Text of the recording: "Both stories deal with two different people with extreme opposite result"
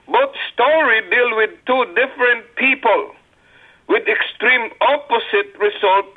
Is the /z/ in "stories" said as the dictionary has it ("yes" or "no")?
no